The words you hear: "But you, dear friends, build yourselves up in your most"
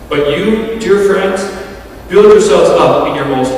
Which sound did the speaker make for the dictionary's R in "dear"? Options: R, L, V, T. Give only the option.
R